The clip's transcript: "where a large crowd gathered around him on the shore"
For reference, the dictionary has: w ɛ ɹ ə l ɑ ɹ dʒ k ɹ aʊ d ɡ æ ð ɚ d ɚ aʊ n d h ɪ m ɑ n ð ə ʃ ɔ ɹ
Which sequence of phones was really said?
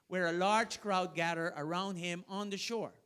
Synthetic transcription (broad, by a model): w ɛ ɹ ə l ɑ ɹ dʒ k ɹ aʊ d ɡ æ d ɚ ɚ aʊ n d h ɪ m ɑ n ð ə ʃ ɔ ɹ